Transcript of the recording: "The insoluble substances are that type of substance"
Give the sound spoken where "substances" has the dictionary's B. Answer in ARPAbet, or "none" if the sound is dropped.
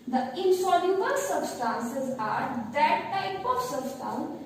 B